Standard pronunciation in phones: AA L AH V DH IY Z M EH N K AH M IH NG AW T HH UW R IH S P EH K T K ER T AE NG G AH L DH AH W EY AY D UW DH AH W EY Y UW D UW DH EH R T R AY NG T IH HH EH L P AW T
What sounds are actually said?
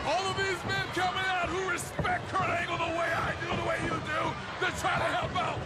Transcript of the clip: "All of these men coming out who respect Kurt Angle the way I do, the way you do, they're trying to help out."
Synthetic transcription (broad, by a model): AA L AH V DH IY Z M EH N K AH M IH NG AW T HH UW R IH S P EH K T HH ER AE NG G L DH AH W EY AY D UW DH AH W EY Y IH D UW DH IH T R AY T IH HH EH L P AW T